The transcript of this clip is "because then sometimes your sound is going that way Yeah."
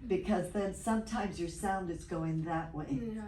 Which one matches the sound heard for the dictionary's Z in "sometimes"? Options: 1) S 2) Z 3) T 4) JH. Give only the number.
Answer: 2